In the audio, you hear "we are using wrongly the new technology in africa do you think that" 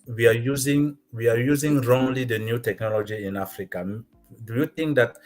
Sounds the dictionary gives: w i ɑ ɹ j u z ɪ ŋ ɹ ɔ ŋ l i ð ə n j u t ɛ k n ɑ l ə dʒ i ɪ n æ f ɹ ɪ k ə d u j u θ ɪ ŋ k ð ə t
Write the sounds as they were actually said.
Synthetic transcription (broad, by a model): w i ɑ w j u z ɪ ŋ ɹ ɔ ŋ l i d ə n j u t ɛ k n ɑ l ə dʒ i ɪ n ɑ f ɹ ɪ k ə d u j u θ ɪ ŋ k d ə t